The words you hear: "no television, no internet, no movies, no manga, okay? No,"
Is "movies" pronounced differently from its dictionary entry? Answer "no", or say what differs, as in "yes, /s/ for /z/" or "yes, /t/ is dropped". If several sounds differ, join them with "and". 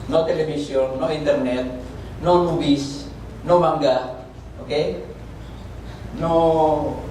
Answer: yes, /w/ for /v/ and /s/ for /z/